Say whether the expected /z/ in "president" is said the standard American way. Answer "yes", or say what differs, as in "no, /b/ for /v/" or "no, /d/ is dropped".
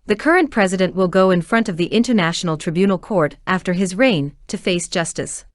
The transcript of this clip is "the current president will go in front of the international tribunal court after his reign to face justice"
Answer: yes